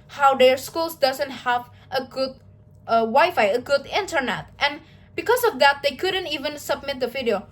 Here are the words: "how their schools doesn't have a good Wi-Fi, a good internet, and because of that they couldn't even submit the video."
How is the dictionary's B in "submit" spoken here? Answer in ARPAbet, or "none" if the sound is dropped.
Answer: B